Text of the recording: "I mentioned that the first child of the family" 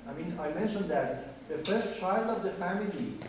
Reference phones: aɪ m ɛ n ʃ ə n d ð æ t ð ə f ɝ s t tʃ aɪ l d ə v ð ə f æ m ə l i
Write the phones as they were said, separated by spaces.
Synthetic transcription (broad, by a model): aɪ m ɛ n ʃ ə n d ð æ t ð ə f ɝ s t tʃ aɪ l d ə v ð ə f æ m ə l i